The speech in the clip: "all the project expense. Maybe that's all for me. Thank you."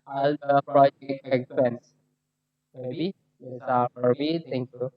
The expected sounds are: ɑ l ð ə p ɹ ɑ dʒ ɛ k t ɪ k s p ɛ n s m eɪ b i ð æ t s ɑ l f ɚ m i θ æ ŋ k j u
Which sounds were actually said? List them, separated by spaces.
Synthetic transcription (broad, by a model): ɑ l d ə p ɹ ɑ dʒ ɛ k t ɪ k s p ɛ n s m eɪ b i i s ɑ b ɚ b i t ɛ ŋ k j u